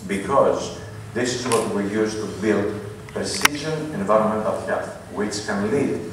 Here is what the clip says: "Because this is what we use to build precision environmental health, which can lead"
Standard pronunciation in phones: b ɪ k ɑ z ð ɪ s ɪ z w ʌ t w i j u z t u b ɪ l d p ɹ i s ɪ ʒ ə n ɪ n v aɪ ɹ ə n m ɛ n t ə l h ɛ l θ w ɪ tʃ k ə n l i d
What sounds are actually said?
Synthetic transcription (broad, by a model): b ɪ k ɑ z ð ɪ s ɪ z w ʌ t w i j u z t u b ɪ l d p ɹ i s ɪ ʒ ə n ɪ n v aɪ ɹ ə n m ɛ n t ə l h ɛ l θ w ɪ tʃ k ə n l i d